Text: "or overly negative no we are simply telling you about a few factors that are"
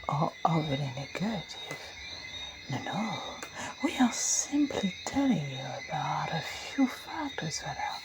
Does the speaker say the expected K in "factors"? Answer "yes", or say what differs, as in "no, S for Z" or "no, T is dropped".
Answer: yes